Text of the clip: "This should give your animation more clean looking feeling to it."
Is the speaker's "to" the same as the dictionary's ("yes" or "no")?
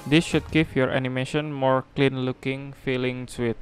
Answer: no